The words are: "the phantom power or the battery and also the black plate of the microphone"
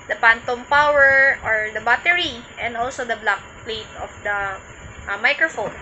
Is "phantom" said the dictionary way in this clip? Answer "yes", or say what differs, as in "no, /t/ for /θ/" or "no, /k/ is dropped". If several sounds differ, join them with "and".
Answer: no, /p/ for /f/